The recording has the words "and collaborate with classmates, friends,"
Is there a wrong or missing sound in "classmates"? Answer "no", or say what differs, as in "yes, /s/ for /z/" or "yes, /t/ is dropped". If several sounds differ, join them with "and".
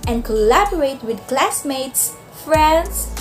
no